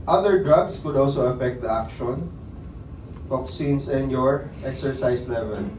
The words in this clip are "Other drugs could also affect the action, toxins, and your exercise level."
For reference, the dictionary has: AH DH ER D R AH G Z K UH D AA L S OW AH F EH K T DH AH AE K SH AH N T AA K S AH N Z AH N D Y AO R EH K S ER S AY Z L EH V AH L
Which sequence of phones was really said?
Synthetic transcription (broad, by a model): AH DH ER D R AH G S K UH D AA L S OW AH F EH K T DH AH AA K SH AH N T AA K S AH N S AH N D Y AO R EH K S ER S AY S L EH V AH L